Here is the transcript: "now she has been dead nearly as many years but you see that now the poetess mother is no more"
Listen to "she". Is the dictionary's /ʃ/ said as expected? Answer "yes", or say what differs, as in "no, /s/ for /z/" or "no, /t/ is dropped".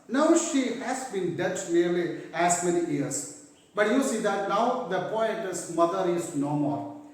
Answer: yes